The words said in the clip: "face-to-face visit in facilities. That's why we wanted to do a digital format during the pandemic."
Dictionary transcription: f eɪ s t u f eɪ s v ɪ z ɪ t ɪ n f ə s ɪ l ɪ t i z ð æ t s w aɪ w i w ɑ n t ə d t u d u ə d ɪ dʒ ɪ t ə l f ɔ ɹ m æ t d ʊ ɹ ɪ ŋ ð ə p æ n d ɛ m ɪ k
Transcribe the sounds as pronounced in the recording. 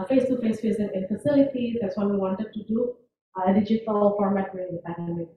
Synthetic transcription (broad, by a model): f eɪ s t u f eɪ s f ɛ s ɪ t ɪ n f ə s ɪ l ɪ t i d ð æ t s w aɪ w i w ɑ n t ə d t u d u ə d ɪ dʒ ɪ t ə l f ɔ ɹ m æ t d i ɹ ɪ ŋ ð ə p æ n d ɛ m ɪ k